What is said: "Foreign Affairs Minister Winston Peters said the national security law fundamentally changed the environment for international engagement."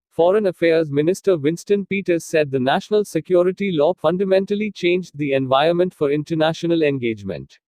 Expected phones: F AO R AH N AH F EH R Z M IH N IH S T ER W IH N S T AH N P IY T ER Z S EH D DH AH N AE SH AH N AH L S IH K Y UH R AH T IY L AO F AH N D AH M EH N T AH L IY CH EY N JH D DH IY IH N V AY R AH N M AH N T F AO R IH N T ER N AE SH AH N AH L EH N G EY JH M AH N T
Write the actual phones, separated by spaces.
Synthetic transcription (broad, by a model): F AO R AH N AH F EH R Z M IH N IH S T ER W IH N S T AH N P IY T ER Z S EH D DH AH N AE SH AH N AH L S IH K Y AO R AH T IY L AO F AH N D AH M EH N T AH L IY CH EY N JH D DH IY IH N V AY AH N M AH N T F AO R IH N T ER N AE SH AH N AH L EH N G EY JH M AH N T